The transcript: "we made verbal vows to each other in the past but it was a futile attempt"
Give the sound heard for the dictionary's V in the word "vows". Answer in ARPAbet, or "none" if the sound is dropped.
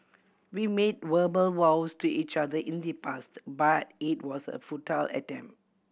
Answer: W